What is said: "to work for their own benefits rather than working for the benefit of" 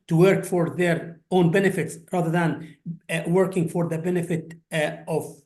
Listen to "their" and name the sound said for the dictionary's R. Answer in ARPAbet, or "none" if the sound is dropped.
R